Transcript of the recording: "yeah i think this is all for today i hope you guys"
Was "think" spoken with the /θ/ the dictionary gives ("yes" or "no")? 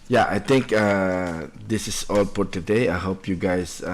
no